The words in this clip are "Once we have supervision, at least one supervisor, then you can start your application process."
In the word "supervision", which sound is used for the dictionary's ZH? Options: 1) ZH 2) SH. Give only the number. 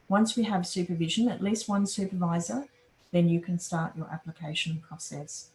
1